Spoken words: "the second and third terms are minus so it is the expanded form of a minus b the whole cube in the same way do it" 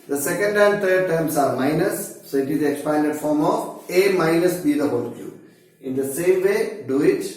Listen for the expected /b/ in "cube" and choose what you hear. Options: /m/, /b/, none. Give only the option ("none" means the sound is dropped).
none